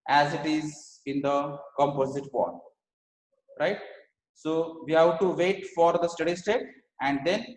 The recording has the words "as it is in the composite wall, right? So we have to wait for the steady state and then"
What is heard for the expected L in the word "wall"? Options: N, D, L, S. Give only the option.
N